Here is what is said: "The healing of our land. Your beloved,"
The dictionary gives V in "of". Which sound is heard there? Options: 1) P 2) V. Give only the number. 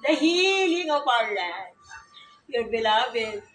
1